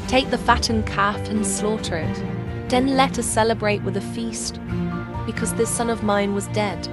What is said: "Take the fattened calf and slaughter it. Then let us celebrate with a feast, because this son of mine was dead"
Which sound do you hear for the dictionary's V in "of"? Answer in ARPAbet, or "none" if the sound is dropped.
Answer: V